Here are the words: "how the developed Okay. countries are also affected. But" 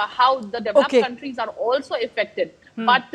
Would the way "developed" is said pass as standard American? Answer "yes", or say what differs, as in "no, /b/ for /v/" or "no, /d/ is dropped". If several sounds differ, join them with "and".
no, /l/ is dropped